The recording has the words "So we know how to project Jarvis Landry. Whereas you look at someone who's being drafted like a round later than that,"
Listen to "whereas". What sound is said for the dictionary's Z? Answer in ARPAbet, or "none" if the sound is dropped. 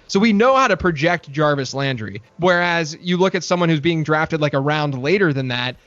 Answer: Z